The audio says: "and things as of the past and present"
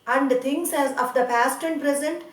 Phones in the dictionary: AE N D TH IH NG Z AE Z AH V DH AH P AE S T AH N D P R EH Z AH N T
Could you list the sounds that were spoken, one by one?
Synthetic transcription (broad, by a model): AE N D T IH NG S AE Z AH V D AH P AE S T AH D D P R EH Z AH N T